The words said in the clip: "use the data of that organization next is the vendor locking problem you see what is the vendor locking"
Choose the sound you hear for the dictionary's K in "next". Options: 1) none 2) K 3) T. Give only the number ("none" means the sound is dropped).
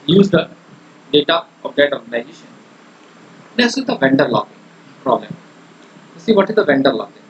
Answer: 1